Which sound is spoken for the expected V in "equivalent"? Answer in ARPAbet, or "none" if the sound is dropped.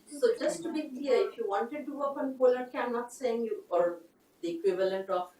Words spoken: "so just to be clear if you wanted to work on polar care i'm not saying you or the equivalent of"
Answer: V